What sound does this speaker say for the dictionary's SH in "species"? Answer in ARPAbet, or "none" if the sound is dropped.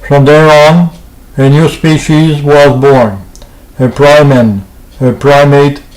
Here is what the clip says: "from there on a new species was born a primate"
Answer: SH